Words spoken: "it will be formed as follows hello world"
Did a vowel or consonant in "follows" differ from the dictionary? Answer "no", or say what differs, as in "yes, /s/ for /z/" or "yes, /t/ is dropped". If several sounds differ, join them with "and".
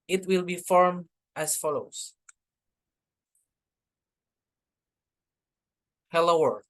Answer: yes, /s/ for /z/